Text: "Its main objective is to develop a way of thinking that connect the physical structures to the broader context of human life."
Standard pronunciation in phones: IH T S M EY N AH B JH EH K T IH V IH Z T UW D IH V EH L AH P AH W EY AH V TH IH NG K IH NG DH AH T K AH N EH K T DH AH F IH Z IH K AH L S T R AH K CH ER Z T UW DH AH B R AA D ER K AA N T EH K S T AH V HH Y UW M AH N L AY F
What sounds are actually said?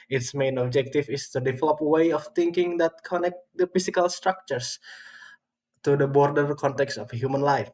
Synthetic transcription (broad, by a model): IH T S M EY N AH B JH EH K T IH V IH S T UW D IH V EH L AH P W EY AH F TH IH NG K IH NG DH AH T K AH N EH K T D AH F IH S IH K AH L S T R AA K CH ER S T UW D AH B R D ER K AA N T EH K S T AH F HH Y UW M AH N L AY F